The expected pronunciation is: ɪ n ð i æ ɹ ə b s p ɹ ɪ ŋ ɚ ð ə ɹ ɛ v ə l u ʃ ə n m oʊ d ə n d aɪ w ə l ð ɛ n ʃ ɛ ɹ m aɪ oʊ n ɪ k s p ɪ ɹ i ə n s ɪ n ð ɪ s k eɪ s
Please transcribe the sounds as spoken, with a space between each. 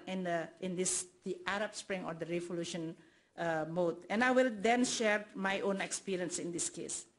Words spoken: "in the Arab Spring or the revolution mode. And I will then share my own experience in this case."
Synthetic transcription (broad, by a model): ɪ n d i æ ɹ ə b s p ɹ ɪ ŋ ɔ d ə ɹ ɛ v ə l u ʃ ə n m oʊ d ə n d aɪ w ə l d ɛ n ʃ ɛ ɹ m aɪ oʊ n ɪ k s p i ɹ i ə n s ɪ n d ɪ s k eɪ s